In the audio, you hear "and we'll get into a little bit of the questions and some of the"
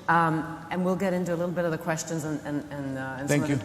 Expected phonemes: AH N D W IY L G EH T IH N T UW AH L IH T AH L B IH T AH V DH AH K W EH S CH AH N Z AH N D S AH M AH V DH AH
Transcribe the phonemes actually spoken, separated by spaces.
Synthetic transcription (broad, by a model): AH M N W IY L G EH T IH N T UW AH L IH T L B IH T AH V DH AH K W EH S CH AH N Z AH N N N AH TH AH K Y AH